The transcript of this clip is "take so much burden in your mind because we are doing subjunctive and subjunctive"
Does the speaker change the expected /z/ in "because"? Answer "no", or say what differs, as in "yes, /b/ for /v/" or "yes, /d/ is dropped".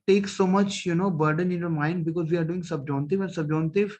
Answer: no